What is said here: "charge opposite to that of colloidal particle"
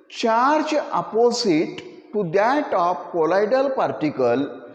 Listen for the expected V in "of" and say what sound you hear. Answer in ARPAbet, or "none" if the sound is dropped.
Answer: P